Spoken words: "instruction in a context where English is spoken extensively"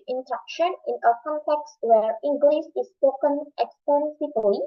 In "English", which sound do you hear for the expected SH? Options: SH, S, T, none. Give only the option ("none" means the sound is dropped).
S